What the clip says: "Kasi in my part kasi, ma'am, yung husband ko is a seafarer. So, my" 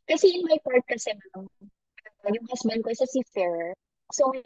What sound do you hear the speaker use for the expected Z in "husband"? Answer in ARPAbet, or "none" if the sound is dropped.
S